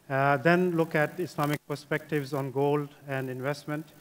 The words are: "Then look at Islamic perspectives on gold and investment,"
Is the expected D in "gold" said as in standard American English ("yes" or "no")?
yes